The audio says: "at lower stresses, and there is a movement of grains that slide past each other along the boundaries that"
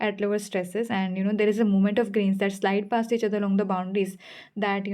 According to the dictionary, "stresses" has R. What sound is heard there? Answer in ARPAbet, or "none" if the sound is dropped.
R